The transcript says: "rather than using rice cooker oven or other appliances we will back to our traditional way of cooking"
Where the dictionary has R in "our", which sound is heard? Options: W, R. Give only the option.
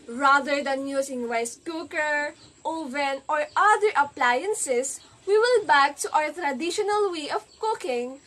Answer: W